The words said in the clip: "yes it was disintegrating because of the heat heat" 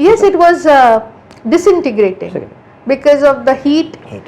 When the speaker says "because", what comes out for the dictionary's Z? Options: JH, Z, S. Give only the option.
Z